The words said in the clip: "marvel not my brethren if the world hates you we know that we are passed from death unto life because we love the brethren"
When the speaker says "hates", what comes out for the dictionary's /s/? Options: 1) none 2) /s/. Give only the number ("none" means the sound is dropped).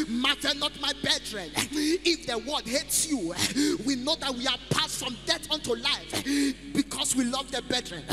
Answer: 2